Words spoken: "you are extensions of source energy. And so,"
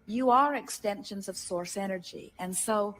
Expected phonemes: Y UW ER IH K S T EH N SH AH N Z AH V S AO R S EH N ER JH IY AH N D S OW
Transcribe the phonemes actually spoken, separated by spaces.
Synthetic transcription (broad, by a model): Y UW ER IH K S T EH N SH AH N Z AH V S AO R S EH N ER JH IY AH N S OW